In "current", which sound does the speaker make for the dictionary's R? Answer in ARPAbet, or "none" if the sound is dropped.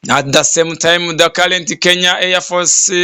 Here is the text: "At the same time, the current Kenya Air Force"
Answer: L